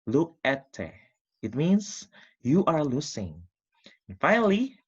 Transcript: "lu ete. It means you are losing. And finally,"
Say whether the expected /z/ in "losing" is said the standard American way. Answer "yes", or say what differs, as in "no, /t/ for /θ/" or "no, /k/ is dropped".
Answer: no, /s/ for /z/